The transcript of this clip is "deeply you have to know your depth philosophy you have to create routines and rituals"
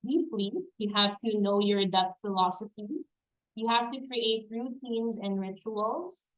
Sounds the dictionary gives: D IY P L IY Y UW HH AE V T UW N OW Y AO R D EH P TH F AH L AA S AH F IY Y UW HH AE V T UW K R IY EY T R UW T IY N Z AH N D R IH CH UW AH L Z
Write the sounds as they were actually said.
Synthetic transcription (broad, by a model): D IY P L IY Y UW HH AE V T UW N OW Y AO R D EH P T F AH L AA S AH F IY Y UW HH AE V T UW K R IY EY T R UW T IY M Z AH N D R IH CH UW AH L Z